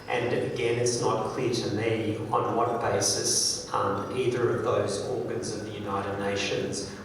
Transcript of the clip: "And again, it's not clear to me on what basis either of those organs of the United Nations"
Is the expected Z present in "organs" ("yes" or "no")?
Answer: yes